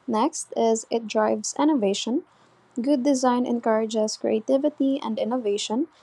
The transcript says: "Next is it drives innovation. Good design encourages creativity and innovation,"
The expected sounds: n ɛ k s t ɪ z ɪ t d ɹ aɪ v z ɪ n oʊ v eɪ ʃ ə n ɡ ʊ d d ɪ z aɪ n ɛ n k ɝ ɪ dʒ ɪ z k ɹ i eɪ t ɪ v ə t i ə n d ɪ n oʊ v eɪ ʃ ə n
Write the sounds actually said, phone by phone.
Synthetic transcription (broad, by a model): n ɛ k s t ɪ z ɪ t d ɹ aɪ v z ɪ n oʊ v eɪ ʃ ə n ɡ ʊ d d ɪ z aɪ n ɛ n k ɝ ɪ dʒ ɪ z k ɹ i eɪ t ɪ v ə t i ə n d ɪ n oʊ v eɪ ʃ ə n